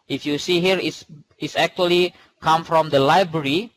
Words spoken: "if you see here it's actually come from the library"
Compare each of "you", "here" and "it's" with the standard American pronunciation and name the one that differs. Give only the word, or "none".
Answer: it's